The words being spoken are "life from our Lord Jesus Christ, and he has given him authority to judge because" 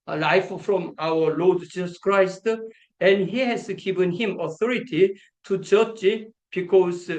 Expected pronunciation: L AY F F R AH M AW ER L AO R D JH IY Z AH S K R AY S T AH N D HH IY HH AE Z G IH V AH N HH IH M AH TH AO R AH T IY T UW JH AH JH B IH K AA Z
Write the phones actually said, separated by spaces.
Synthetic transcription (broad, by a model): L AY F F R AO M AW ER L AO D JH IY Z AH S K R AY S T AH N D HH IY HH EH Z G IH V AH N HH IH M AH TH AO R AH T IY T UW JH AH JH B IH K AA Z